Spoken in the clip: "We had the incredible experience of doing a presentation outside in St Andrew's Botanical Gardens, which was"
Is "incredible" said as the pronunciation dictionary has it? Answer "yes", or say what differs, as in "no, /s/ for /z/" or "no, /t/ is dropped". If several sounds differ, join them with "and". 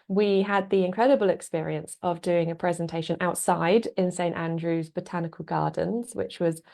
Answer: yes